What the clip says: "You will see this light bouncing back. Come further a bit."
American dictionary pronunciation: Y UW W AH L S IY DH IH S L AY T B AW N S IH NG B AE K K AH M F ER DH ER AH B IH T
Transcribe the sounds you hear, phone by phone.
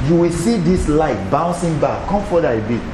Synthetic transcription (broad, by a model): Y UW W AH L S IY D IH S L AY T B AW N S IH NG B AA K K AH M F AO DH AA AH B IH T